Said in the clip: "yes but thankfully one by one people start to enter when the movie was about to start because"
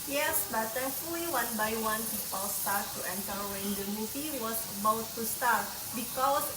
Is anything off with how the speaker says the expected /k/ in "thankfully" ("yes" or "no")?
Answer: yes